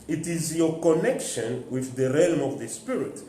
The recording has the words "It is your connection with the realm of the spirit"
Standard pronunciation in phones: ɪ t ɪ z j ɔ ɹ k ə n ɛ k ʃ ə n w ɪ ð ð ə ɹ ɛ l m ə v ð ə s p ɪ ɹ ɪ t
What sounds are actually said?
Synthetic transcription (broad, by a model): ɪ t ɪ z j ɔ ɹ k ə n ɛ k ʃ ə n w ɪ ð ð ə ɹ ɛ l m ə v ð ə s p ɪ ɹ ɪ t